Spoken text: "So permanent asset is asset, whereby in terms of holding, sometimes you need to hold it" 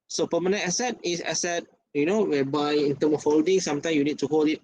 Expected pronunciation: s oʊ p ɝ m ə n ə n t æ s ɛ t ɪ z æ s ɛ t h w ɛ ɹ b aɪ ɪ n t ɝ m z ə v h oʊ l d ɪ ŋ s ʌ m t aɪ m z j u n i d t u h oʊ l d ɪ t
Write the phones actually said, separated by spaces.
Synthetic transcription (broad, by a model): s oʊ p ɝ m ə n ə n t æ s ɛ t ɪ s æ s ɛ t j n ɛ w b aɪ ɪ n t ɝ m ə f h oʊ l d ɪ ŋ s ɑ m t aɪ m j u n i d t u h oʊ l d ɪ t